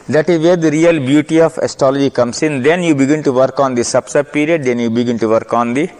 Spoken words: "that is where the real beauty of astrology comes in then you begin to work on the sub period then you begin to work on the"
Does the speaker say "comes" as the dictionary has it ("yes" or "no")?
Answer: no